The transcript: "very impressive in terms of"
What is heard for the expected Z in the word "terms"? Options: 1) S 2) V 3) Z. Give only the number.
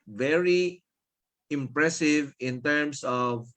1